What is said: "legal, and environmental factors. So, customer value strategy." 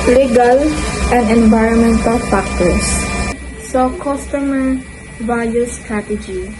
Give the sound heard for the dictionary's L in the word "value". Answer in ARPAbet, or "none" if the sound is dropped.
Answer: none